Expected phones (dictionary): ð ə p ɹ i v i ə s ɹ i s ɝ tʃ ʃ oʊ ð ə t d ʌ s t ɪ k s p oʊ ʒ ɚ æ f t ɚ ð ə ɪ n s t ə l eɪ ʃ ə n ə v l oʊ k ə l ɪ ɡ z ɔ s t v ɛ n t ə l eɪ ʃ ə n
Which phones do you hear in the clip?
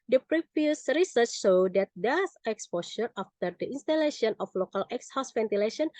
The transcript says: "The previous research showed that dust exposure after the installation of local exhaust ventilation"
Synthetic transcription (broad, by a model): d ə p ɹ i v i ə s ɹ i s ɝ tʃ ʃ oʊ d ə t d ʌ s ɪ k s p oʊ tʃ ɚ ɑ f t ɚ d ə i n s t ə l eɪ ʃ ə n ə f l oʊ k ə l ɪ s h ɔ s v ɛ n t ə l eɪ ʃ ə n